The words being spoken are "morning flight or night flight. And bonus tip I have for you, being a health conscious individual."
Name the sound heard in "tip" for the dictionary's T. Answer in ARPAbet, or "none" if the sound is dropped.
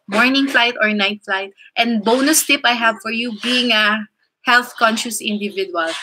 T